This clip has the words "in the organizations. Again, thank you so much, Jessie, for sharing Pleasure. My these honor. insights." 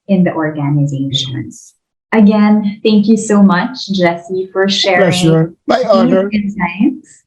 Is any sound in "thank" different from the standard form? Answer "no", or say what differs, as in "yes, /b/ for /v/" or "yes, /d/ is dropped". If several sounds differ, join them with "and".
no